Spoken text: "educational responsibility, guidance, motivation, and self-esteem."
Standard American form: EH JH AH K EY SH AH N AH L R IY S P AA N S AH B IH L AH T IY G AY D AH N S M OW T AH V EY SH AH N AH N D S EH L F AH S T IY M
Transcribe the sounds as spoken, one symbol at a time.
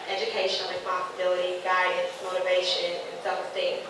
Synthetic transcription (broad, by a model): EH JH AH K EY SH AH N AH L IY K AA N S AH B IH L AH T IY G AY D AH N S M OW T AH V EY SH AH N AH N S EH F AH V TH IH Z